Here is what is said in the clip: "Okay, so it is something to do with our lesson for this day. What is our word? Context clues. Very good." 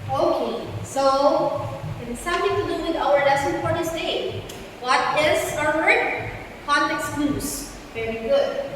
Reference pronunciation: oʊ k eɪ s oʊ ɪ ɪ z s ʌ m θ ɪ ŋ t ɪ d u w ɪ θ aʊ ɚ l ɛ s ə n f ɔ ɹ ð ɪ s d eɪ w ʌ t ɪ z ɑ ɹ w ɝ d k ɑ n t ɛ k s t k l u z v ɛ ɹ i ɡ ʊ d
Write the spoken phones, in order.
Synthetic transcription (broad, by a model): oʊ k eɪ s oʊ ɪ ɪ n s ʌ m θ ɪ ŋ t ɪ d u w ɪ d aʊ ɚ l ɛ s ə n p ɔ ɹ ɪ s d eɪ w ʌ t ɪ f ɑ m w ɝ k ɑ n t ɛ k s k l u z v ɛ ɹ i ɡ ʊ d